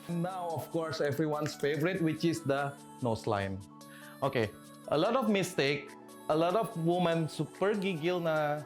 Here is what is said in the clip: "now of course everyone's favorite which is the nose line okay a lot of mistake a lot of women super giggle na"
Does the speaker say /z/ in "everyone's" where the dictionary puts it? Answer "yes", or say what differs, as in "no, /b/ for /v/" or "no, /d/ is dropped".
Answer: no, /s/ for /z/